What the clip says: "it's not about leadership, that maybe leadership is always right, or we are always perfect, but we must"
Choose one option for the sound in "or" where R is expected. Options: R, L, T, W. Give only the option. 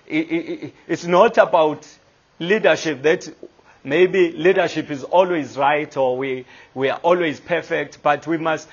W